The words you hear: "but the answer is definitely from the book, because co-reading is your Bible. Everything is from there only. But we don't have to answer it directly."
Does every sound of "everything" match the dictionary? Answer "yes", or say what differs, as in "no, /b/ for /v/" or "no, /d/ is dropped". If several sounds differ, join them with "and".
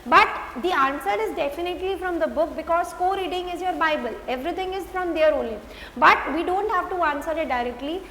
no, /t/ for /θ/